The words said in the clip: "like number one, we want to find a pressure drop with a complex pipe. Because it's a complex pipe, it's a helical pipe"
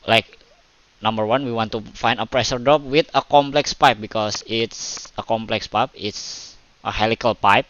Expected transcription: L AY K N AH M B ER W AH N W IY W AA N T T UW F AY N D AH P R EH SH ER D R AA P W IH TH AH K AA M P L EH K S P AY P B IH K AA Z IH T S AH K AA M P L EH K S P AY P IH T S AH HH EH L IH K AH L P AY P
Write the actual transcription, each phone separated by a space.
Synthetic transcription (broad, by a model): L AY K N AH M B ER W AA N W IY W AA N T T UW F AY N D AH P R EH SH ER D AA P W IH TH AH K AA M P L EH K S P AY P B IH K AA S IH T S AH K AA M P L EH K S P AY P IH T S AH HH EH L IH K AH L P AY P